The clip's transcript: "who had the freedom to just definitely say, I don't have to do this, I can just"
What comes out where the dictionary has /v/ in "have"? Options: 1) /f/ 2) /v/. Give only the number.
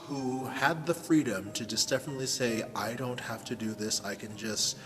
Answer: 1